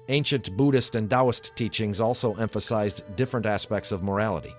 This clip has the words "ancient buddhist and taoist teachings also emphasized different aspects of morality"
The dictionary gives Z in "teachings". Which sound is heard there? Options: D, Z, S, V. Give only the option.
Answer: Z